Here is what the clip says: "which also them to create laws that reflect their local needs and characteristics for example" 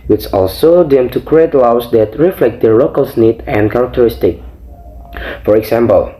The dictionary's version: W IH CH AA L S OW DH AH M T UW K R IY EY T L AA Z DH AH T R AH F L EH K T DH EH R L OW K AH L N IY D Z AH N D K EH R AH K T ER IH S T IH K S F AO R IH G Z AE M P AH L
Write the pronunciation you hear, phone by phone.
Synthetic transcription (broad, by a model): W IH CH AA L S OW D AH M T UW K R IY EY T L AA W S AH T R AH F L EH K T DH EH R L OW K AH L N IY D AH N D K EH R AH K T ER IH S T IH K F AO R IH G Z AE M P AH L